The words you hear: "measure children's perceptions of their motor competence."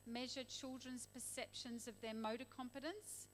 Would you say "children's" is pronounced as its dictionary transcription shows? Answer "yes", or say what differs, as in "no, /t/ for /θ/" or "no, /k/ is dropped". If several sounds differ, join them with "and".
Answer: yes